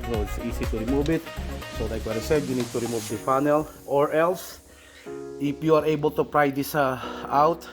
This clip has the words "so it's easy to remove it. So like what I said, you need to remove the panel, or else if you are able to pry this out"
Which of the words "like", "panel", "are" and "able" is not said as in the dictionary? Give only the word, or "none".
panel